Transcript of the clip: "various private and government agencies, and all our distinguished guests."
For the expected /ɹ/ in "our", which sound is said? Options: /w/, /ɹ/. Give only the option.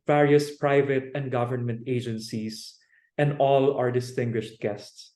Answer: /ɹ/